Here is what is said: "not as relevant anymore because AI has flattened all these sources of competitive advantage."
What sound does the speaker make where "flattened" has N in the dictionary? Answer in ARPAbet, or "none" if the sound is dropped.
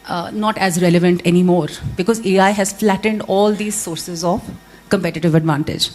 N